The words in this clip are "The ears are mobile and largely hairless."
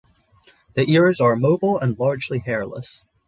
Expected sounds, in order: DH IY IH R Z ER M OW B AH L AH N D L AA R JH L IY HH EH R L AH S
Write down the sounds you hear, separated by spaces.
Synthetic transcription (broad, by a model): DH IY IH R Z ER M OW B L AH N L AA R JH L IY HH EH R L AH S